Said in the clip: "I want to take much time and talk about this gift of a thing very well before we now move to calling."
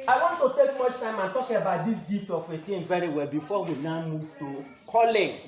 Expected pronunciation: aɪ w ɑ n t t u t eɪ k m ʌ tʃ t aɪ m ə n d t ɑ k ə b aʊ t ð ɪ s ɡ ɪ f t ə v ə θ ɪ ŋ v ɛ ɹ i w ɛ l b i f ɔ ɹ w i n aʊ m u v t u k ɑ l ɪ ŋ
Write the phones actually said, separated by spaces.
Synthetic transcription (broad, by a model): aɪ w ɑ n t t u t eɪ k m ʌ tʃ t aɪ m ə n t ɑ k ə b aʊ t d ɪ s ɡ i t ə f ə t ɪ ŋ v ɛ ɹ i w ɛ l b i f ɔ w i n aʊ m u v t u k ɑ l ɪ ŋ